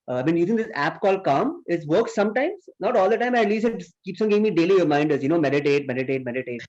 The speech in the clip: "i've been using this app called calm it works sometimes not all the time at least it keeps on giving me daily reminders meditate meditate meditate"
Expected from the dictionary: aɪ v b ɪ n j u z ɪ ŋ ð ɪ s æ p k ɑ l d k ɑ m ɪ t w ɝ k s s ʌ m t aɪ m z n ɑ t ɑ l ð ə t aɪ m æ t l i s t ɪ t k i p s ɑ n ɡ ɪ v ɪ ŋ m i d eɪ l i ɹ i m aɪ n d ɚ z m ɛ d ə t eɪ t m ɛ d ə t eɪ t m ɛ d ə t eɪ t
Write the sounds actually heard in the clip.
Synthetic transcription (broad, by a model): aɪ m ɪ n j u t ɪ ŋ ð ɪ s æ p k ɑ l k ɑ m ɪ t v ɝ k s s ʌ m t aɪ m z n ɑ t ɑ l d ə t aɪ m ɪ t l i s ɪ t k i p s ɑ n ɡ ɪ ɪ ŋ m i d eɪ l i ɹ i m aɪ n d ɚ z m ɛ d ə t eɪ t m ɛ d ə t eɪ t m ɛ d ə t eɪ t